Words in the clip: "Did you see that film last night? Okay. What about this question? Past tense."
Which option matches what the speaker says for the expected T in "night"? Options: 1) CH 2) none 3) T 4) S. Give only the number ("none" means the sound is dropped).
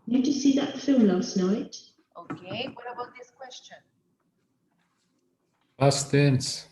3